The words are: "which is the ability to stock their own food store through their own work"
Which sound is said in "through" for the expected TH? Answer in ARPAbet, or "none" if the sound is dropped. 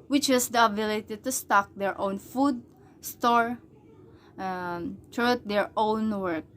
T